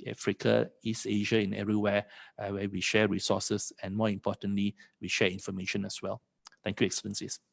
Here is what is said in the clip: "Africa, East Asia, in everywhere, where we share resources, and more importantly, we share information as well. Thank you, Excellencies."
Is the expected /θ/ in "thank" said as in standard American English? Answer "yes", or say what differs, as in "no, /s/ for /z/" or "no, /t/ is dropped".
no, /t/ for /θ/